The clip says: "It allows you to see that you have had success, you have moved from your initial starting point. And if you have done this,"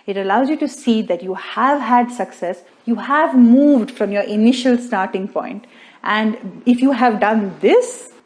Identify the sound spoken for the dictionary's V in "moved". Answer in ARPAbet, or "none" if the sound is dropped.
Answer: V